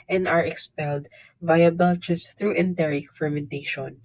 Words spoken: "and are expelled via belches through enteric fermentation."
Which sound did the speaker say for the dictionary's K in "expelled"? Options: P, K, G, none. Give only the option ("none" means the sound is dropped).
K